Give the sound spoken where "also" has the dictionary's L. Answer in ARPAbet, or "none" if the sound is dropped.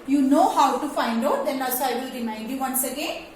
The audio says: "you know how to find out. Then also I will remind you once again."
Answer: none